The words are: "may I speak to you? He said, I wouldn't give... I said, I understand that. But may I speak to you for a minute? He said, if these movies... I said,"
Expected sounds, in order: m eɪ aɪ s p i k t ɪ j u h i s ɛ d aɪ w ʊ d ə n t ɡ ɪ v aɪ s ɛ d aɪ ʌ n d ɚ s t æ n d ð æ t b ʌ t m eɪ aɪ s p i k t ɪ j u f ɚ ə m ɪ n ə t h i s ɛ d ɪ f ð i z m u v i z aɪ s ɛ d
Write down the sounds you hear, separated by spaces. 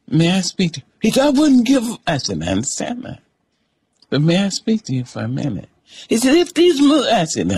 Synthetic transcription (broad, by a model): m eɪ aɪ s p i k t ɪ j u h i s ɛ d aɪ w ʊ d n ɡ ɪ v aɪ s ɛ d aɪ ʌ n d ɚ s t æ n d ð æ t b ʌ t m eɪ aɪ s p i k t ɪ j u f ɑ ə m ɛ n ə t h i s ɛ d ɪ f ð i z m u i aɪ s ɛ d